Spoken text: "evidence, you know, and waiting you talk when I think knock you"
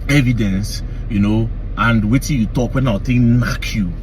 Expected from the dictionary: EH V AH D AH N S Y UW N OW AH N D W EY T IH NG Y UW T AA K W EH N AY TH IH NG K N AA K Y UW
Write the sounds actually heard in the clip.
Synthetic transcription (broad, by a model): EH V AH D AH N S Y UW N OW AH N D W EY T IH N Y UW T AA K W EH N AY T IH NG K N AA K Y UW